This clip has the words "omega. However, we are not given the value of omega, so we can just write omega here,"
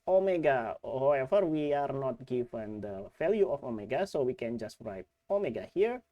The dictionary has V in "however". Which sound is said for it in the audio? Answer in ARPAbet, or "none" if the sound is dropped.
F